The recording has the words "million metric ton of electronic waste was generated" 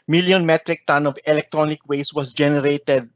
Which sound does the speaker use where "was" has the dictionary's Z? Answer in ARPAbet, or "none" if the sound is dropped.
S